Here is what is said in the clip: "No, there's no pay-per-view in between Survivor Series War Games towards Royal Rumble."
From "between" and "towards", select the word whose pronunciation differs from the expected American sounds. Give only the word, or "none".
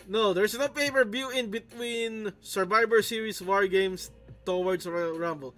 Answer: towards